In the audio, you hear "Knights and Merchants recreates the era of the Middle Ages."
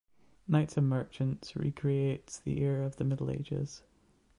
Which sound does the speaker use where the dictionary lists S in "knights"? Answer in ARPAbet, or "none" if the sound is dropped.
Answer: S